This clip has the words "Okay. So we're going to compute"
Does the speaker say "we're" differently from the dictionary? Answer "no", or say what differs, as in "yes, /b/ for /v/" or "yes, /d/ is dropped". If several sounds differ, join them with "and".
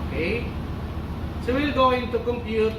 yes, /l/ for /ɹ/